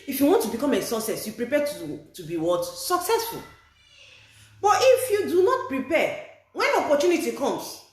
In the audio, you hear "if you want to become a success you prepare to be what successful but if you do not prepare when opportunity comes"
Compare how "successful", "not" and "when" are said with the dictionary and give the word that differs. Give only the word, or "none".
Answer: none